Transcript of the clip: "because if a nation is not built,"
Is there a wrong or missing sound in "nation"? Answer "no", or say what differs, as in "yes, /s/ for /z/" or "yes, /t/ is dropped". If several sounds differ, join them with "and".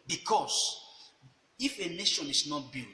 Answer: no